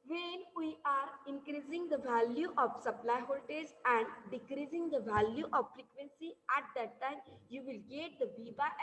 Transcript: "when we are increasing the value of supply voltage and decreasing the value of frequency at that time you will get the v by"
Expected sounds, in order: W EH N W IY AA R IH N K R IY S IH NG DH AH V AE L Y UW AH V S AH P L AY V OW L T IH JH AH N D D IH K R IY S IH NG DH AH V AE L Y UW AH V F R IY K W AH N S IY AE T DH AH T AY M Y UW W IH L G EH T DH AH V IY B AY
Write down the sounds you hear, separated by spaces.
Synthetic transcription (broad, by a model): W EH N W IY AA R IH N K R IY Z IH NG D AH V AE L Y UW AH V S AH P L AY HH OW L T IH Z AH N D D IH K R IY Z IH NG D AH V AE L Y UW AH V F R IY K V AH N S IY AE T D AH T AY M Y UW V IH L G EH T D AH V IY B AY